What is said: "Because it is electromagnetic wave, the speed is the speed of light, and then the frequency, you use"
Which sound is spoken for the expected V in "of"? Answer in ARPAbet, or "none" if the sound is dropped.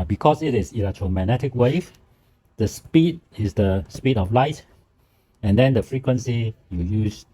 F